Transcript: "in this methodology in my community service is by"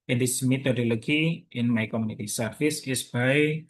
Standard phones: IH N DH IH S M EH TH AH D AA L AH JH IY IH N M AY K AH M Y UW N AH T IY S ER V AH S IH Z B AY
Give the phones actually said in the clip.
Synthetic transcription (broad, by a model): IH N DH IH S M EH T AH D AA L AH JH IY IH N M AY K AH M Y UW N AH T IY S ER F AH S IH S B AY